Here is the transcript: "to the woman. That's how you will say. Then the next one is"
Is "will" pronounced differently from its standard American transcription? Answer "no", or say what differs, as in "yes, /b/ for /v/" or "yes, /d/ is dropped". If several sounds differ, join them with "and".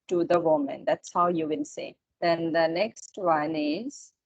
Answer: yes, /n/ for /l/